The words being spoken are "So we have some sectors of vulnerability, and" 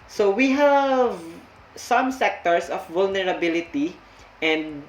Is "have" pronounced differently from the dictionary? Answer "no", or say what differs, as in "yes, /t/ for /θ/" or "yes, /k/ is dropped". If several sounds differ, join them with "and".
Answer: no